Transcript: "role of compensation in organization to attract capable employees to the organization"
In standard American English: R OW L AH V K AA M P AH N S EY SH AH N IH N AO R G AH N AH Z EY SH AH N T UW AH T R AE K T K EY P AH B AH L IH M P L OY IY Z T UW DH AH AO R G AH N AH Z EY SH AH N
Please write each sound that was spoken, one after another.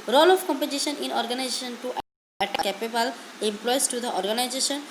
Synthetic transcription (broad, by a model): R OW L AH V K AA M P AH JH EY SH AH N IH N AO R G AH N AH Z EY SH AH N T UW T AE T K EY P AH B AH L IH M P L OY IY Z T UW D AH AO R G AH N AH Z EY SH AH N